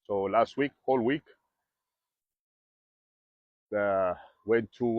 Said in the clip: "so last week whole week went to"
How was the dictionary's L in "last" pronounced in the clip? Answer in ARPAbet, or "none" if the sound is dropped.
L